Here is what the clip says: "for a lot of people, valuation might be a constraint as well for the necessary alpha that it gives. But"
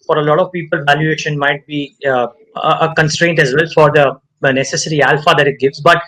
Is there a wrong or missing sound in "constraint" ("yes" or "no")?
no